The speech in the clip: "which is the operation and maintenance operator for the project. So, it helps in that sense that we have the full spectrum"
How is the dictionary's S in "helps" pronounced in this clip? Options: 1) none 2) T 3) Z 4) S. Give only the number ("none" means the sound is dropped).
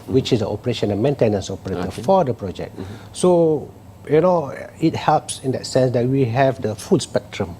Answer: 4